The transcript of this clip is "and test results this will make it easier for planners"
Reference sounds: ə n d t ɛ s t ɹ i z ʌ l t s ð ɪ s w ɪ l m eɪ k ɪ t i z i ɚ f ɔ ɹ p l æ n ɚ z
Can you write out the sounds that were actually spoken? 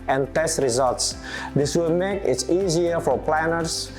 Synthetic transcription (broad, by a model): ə n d t ɛ s t ɹ i z ʌ l t s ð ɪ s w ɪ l m eɪ k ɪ t i z i ɚ f ɔ ɹ p l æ n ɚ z